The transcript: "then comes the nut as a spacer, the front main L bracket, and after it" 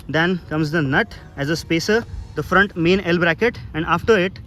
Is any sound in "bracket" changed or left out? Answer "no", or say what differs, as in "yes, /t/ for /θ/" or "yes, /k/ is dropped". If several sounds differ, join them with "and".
no